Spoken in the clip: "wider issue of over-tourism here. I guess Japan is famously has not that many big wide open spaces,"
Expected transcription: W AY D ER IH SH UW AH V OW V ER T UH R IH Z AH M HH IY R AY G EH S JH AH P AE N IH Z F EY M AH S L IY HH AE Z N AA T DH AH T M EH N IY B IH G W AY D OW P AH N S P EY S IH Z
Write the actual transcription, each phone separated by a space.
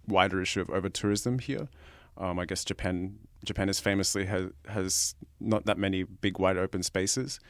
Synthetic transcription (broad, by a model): W AY D ER IH SH UW AH V OW V ER T UH R IH Z AH M HH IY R AY G EH S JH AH P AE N IH Z F EY M AH S L IY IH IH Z N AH T DH AH T M EH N IY B IH G W AY D OW P AH N S P EY S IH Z